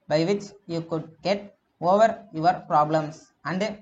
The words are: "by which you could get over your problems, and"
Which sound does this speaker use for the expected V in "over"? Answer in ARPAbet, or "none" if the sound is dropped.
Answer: V